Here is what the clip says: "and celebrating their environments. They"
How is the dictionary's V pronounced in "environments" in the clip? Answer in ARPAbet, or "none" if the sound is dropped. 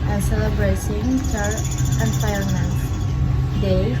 P